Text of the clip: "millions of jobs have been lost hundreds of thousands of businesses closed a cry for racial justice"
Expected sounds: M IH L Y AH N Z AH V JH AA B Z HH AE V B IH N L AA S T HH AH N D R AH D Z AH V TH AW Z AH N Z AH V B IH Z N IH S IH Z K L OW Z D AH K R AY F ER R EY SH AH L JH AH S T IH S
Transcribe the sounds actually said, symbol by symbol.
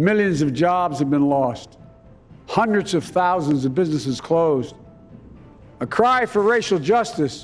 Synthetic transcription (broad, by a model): M IH L Y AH N Z AH V JH AA B Z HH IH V B IH N L AA S T HH AH N D R AH D Z AH V TH AW Z AH N Z AH V B IH Z N IH S IH Z K L OW Z D AH K R AY F ER R EY SH L JH AH S T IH S